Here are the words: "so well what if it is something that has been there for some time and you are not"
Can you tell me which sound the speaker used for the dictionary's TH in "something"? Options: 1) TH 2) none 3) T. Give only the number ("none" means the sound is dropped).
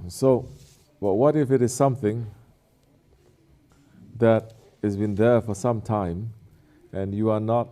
1